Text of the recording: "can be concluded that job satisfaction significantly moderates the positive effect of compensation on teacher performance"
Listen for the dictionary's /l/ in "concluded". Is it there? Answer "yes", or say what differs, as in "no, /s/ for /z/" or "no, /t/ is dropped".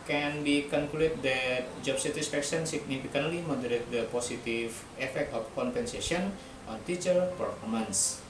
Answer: no, /l/ is dropped